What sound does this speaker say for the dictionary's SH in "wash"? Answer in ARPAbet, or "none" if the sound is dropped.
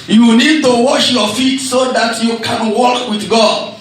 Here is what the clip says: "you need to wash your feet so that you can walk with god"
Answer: SH